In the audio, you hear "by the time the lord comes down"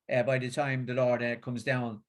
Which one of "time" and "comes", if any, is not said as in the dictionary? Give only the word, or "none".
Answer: none